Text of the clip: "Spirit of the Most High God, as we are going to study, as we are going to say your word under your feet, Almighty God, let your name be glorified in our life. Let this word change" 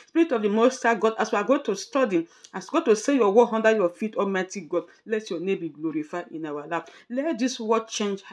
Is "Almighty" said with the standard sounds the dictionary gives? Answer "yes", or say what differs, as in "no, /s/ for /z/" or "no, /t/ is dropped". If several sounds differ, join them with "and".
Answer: no, /l/ is dropped